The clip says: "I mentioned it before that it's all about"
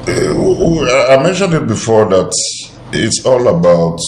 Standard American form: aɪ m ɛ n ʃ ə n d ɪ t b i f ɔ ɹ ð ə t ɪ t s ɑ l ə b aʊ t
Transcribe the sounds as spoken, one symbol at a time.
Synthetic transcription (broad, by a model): aɪ m ɛ n ʃ ə n d ɪ t b i f ɔ ɹ ð ə t ɪ t s ɑ l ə b aʊ t